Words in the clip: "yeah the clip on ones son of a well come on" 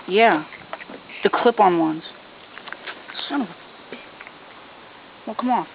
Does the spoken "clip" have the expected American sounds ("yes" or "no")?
yes